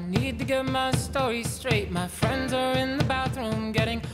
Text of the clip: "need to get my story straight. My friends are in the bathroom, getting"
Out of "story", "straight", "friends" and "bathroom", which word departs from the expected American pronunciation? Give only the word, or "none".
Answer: none